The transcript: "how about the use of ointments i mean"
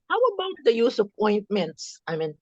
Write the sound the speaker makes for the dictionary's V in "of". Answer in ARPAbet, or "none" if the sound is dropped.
P